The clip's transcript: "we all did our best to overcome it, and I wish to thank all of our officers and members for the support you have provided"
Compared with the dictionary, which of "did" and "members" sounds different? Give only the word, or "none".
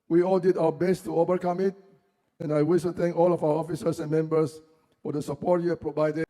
members